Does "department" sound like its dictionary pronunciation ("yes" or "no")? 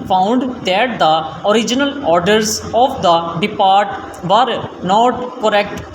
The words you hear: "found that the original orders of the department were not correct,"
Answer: no